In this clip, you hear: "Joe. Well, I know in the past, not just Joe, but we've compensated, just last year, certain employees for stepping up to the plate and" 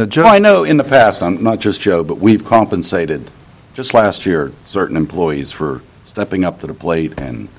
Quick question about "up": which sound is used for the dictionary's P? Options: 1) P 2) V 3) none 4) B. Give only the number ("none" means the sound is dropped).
1